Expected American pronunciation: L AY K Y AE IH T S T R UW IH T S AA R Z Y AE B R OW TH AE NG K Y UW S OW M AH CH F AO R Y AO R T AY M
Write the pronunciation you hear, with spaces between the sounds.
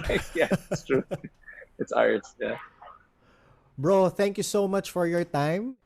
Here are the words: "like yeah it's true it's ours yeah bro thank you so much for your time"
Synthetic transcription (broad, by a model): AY Y AE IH S T R UW IH T S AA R S Y AE B R OW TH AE NG K Y UW S OW M AH CH F AO R Y AO R T AY M